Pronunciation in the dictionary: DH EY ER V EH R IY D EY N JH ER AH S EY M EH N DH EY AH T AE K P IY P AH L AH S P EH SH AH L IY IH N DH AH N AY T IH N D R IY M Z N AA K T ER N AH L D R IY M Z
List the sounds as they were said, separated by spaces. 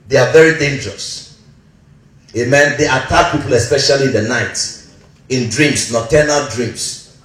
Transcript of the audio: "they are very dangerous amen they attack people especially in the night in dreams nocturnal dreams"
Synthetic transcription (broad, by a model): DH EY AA V EH R IY D EY N JH ER AH S EY M EH N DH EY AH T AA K P IY P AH L AH S P EH SH AH L IY IH N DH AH N AY T IH N D R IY M S N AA T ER N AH L D R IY M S